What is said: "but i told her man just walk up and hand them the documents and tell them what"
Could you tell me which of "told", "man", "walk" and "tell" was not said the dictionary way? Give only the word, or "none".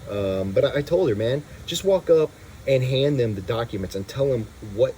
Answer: none